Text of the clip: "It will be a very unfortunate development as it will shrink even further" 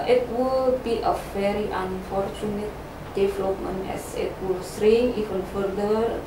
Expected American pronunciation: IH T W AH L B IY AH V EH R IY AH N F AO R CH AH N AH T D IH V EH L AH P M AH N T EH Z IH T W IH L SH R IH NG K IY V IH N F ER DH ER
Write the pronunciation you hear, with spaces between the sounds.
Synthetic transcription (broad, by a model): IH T W AH L B IY AH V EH R IY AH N F AO R CH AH N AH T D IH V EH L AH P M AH N EH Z IH T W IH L S R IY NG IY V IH N F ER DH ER